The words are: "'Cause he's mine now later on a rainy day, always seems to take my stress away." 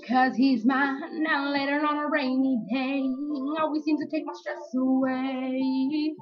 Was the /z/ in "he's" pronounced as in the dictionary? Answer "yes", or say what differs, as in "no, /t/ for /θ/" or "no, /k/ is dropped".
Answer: yes